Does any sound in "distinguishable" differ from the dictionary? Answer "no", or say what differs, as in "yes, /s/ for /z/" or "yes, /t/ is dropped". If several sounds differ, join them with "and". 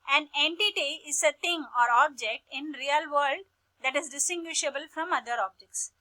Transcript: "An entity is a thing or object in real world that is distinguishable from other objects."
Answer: no